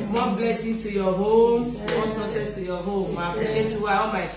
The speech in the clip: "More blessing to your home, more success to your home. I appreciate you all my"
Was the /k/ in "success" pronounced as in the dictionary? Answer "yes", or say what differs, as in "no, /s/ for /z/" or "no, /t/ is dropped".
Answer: no, /k/ is dropped